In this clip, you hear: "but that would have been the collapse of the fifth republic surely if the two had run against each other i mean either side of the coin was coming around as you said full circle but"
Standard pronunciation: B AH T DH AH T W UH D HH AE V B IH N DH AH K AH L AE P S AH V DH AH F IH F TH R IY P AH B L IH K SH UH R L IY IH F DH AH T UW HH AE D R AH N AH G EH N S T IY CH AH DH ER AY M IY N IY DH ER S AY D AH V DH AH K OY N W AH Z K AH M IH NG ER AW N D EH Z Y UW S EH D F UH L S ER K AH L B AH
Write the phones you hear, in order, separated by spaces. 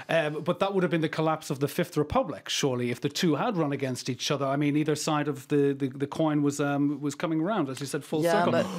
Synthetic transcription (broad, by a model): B AH T DH AH T W UH D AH V B IH N DH AH K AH L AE P S AH V DH AH F IH F TH R IY P AH B L IH K SH UH R L IY IH F DH AH T UW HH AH D R AH N AH G EH N S T IY CH AH DH ER AY M IY N IY DH ER S AY D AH V DH AH K OY N W AH Z K AH M IH NG ER AW N D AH Z Y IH S EH D F UH L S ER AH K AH